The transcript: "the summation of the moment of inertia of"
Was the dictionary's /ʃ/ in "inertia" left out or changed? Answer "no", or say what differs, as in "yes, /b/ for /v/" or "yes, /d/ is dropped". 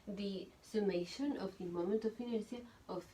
yes, /s/ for /ʃ/